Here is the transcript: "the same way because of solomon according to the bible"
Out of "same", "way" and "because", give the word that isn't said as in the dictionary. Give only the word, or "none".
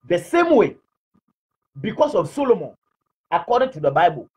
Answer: because